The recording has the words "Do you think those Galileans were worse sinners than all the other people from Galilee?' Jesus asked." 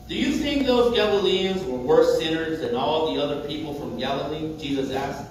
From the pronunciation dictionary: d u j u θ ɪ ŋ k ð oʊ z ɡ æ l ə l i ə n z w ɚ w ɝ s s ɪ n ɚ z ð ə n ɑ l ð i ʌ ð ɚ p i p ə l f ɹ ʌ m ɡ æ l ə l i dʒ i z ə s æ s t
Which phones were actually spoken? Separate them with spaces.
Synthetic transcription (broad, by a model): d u j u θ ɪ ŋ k ð oʊ z ɡ æ l ə l i ə n z w ɚ w ɝ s s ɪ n ɚ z ð ə n ɑ l ð i ʌ ð ɚ p i p l f ɹ ʌ m ɡ æ l ə l i dʒ i z ə s æ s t